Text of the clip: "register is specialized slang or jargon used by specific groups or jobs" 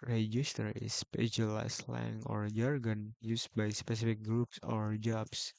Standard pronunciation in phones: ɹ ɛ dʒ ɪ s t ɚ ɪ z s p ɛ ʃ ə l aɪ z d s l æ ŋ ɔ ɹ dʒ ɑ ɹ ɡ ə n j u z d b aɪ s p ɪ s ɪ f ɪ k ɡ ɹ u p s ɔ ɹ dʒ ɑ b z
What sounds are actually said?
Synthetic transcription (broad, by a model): ɹ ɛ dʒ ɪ s t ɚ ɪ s p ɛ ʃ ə l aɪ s l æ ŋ ɔ ɹ dʒ ɑ ɹ ɡ ə n j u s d b aɪ s p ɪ s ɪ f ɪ k ɡ ɹ u p s ɔ ɹ dʒ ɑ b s